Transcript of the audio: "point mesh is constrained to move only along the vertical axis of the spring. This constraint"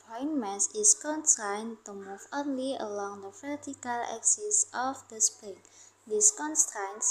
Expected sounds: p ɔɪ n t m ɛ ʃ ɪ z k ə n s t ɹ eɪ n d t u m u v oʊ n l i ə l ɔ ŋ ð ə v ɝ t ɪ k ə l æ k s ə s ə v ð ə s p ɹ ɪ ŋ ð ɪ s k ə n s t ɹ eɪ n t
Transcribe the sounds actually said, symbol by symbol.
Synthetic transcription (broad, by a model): p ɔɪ n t m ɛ s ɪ s k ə n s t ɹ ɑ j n t u m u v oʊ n l i ə l ɔ ŋ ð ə f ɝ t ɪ k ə l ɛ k s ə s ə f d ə s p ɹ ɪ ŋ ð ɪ s k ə n s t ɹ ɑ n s